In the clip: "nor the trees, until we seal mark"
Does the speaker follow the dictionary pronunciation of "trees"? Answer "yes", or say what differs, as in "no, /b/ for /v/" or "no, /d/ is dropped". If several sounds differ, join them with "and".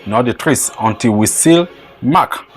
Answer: no, /s/ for /z/